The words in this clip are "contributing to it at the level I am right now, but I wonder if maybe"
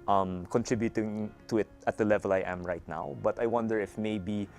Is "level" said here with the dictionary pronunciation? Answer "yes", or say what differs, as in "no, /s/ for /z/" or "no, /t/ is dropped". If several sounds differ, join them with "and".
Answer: yes